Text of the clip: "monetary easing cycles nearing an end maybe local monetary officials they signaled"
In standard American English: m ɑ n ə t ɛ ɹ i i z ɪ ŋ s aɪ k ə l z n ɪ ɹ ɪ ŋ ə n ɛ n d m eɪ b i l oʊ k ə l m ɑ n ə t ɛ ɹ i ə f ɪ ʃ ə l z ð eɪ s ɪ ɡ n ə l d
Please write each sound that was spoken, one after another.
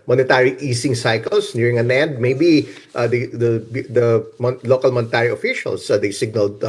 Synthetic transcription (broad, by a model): m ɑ n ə t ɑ ɹ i i s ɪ ŋ s aɪ k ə l s n ɪ ɹ ɪ ŋ ə n ɛ n d m eɪ b i l oʊ k ə l m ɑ n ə t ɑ ɹ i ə f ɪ ʃ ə l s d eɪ s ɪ ɡ n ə l d